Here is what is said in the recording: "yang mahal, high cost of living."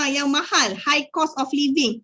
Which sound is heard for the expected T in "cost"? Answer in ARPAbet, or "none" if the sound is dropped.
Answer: none